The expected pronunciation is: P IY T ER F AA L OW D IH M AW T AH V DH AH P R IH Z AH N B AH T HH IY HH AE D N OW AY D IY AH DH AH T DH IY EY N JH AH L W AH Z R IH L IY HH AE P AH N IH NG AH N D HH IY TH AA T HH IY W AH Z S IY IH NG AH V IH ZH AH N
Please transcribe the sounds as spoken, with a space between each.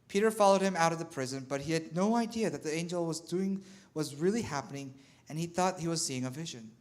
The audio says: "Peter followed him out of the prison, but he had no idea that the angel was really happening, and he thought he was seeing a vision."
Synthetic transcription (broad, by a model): P IY T ER F AA L OW D IH M AW T AH V DH AH P R IH Z AH N B AH T HH IY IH D N OW AY D IY AH DH AH T DH IY EY N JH AH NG W AH Z R IH L IY HH AE P AH N IH NG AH N IY TH AA T HH IY W AH Z S IY IH NG AH V IH ZH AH N